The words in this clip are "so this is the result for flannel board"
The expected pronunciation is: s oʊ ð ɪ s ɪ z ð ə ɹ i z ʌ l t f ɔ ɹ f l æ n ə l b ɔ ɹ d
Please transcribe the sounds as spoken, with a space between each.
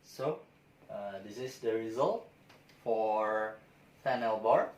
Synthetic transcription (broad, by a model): s oʊ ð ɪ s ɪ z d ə ɹ i z ʌ l t f ɔ ɹ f æ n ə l b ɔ ɹ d